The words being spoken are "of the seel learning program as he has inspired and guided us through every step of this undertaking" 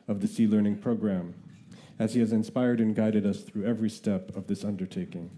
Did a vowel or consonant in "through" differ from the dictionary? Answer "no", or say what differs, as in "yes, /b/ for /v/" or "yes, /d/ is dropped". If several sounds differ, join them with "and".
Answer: no